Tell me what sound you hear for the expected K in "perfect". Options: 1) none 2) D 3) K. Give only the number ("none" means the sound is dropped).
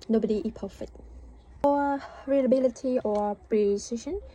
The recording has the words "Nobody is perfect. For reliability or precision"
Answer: 1